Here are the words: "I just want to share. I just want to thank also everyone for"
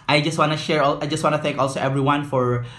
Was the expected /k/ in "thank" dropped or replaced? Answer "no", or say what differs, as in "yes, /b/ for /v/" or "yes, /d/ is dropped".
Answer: no